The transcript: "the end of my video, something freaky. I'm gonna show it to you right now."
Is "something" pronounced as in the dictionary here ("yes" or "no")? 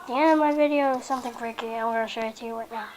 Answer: yes